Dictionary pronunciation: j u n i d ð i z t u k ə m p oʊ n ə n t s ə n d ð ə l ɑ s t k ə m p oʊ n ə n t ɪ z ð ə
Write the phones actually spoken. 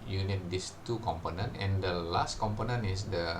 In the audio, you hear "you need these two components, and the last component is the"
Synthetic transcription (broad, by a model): j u n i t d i s t u k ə m p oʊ n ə n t ə n d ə l ɑ s t k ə m p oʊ n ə n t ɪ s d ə